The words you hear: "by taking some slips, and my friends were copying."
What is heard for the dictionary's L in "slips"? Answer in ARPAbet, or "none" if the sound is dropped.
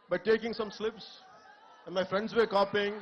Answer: L